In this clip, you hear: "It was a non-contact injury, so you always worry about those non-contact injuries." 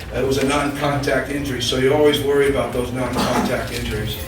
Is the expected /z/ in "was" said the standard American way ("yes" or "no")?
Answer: yes